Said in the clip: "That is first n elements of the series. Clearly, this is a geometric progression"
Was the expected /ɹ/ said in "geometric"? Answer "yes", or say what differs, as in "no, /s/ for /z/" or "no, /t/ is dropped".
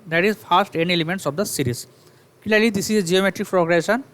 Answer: yes